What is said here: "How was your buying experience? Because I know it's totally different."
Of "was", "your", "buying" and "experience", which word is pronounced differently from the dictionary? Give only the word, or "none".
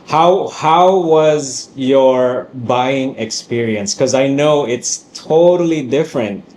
none